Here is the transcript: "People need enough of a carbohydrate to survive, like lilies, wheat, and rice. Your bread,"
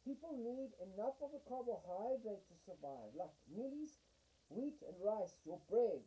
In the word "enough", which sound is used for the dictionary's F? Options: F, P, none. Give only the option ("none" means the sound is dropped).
F